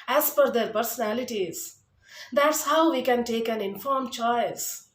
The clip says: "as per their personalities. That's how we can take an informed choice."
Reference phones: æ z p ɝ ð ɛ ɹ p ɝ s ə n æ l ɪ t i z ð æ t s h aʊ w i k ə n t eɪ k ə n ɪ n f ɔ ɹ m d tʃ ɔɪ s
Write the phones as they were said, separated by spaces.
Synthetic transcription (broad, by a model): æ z f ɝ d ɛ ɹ p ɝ s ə n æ l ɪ t i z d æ t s h aʊ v i k ə n t eɪ k ə n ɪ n f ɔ ɹ m tʃ ɔɪ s